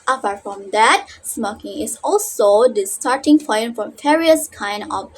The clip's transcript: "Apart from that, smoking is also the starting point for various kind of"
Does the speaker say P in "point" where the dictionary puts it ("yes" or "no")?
no